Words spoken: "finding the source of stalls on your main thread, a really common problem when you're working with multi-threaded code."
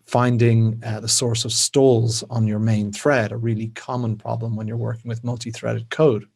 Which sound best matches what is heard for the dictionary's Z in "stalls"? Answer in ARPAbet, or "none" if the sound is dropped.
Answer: Z